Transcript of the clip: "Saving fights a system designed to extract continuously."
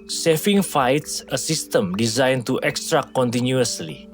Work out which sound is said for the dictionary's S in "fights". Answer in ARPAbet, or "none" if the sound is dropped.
S